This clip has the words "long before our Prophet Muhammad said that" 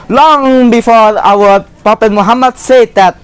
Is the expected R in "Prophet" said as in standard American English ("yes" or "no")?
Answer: no